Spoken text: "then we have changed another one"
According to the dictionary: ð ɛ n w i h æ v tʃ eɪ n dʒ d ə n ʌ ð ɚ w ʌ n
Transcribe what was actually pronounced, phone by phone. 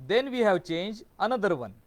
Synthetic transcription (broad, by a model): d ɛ n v i h æ v tʃ eɪ n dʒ ə n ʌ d ɚ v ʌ n